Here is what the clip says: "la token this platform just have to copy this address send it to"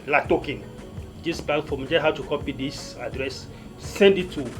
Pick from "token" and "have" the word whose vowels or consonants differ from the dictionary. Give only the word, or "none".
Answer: have